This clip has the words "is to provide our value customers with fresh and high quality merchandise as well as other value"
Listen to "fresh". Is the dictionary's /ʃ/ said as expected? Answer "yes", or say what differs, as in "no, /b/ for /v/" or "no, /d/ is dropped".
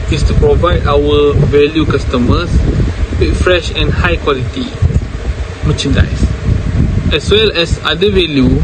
yes